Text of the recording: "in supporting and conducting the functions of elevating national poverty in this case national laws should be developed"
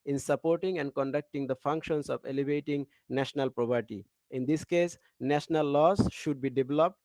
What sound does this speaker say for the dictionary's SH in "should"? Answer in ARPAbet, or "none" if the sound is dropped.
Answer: SH